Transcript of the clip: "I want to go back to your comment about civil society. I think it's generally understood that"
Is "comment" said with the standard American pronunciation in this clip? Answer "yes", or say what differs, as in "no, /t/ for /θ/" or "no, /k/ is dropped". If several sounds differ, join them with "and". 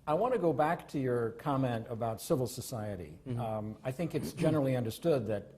yes